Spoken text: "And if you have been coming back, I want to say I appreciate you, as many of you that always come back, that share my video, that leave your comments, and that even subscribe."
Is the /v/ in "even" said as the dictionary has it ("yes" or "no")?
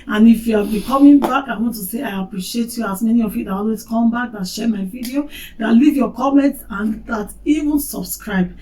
yes